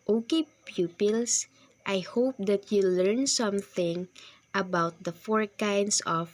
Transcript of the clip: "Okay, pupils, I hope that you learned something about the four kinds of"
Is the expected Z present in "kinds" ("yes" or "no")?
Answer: no